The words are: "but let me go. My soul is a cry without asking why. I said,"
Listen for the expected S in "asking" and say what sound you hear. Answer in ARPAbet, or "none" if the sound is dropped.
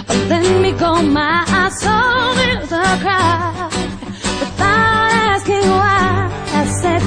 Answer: S